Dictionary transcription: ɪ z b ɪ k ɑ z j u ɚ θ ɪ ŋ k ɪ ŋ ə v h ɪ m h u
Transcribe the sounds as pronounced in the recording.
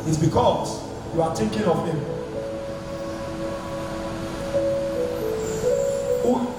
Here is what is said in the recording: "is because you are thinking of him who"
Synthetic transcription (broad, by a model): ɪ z b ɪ k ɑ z j u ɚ t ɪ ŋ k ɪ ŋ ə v h ɪ m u